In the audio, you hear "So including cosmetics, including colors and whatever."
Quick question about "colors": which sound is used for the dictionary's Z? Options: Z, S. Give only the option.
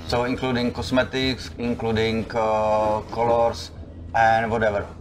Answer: S